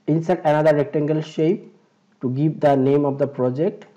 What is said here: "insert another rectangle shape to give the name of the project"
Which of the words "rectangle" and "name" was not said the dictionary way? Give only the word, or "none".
none